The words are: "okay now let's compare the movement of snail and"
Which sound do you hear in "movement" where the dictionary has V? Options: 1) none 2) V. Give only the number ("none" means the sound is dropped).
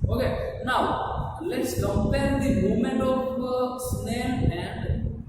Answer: 1